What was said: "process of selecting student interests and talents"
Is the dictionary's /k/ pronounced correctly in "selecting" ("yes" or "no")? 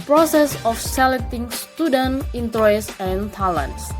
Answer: no